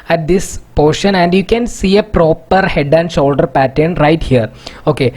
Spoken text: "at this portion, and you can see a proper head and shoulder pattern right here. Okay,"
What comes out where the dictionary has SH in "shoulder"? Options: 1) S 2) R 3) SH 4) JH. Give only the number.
3